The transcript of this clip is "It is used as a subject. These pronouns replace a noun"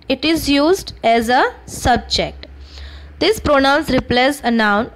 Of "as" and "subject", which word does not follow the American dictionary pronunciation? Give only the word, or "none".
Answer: none